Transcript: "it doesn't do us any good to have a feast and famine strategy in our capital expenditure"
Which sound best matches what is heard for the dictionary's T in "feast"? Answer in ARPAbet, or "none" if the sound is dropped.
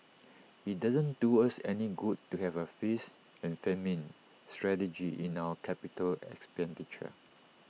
none